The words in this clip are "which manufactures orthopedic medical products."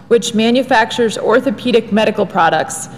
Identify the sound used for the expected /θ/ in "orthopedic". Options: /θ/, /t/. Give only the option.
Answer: /θ/